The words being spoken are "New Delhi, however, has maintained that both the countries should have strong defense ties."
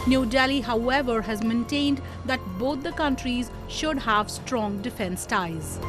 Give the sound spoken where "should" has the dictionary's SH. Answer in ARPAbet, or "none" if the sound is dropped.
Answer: SH